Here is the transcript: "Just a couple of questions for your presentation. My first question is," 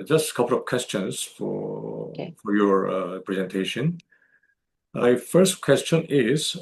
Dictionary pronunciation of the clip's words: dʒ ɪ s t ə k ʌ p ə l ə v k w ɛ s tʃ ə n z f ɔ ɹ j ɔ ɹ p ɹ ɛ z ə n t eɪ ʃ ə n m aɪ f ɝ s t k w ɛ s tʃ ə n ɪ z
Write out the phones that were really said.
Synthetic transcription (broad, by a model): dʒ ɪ s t ə k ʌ p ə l ə v k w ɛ s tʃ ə n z f ɔ ɹ j ɔ ɹ p ɹ ɛ z ə n t eɪ ʃ ə n m aɪ f ɝ s t k w ɛ s tʃ ə n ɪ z